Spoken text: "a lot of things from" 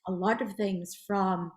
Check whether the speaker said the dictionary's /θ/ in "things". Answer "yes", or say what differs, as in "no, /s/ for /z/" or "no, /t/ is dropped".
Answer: yes